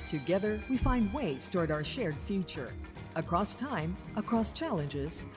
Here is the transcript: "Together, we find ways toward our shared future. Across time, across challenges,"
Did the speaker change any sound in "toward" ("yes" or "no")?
no